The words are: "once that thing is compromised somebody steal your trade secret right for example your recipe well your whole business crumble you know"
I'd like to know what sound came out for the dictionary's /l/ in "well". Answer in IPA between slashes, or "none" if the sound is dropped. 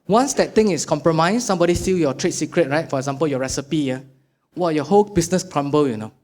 /w/